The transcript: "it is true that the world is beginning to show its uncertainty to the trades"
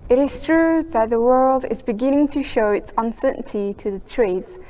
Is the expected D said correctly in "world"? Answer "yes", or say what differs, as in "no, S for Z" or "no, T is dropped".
yes